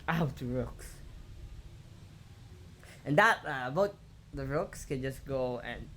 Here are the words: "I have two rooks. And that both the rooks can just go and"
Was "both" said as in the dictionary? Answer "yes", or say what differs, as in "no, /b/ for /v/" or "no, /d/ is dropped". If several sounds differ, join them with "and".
no, /t/ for /θ/